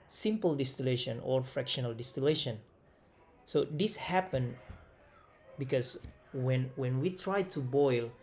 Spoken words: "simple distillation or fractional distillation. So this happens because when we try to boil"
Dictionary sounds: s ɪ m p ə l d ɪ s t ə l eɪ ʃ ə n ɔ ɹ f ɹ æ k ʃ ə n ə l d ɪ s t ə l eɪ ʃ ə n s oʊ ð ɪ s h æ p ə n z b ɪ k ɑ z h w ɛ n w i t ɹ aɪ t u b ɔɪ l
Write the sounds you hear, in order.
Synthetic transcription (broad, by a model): s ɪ m p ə l d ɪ s t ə l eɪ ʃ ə n ɔ ɹ f ɹ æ k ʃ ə n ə l d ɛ s t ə l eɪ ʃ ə n s oʊ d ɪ s h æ p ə n b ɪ k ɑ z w w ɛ n w i t ɹ aɪ t u b ɔɪ l